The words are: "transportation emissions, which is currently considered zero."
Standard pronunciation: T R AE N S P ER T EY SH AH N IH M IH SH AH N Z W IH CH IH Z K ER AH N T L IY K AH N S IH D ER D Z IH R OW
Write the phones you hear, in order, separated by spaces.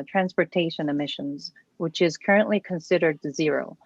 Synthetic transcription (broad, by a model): T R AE N S P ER T EY SH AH N IH M IH SH AH N Z W IH CH IH Z K ER AH N T L IY K AH N S IH D ER D Z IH R OW